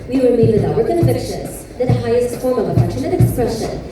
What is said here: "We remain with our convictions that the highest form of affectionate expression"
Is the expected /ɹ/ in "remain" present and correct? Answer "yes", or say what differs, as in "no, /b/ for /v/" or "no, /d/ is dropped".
no, /w/ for /ɹ/